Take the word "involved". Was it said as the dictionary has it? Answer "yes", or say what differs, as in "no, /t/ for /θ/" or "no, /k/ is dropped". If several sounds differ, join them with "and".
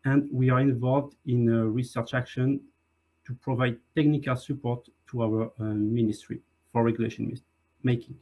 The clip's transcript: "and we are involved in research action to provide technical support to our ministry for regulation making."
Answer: yes